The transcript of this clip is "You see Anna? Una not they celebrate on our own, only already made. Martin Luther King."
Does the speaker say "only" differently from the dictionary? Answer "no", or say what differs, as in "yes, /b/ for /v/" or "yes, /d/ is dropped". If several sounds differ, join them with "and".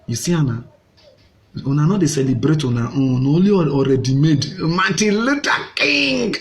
yes, /n/ is dropped